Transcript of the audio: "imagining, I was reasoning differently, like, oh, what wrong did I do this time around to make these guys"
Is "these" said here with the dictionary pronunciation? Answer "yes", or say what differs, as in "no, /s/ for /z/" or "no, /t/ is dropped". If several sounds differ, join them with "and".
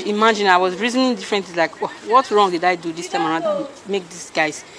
no, /s/ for /z/